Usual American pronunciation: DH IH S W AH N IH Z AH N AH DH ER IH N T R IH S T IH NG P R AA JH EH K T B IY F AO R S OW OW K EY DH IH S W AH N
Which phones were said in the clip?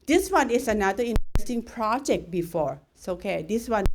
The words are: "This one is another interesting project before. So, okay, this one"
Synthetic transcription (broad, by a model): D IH S W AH N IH S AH N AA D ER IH N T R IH S T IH NG P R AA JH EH K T B IY F AO R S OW OW K EY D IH S W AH N